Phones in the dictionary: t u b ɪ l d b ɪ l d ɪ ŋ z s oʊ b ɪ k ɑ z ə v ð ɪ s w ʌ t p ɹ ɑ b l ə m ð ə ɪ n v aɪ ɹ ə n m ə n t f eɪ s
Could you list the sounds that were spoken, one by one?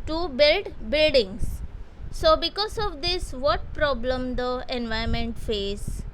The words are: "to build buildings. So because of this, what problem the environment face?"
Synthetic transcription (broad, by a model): t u b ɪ l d b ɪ l d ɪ ŋ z s oʊ b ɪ k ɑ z ə v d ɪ s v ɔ t p ɹ ɑ b l ə m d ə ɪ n v aɪ ə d m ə n t f eɪ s